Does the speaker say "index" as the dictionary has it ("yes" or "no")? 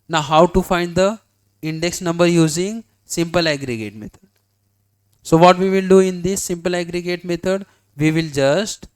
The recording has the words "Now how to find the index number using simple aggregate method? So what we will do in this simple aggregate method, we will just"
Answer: yes